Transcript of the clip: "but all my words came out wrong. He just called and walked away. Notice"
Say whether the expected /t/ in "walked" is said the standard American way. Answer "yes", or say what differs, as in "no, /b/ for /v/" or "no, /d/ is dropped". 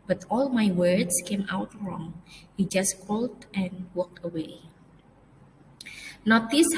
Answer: yes